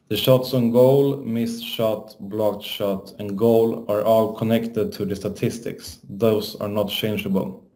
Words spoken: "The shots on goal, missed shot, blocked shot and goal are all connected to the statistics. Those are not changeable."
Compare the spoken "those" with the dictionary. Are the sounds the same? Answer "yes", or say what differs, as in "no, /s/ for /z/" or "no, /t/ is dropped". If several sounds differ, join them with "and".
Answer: no, /s/ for /z/